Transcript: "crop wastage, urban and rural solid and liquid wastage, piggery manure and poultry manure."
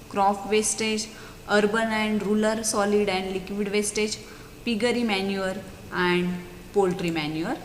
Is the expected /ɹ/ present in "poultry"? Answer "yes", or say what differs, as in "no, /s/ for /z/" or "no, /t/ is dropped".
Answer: yes